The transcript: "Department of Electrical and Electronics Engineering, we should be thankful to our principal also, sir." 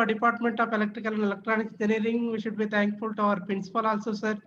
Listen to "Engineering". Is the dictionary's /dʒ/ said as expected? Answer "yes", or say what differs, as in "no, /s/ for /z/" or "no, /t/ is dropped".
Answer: no, /dʒ/ is dropped